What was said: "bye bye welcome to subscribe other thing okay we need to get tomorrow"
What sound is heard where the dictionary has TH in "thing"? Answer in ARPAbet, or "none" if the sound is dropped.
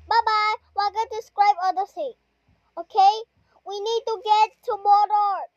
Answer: S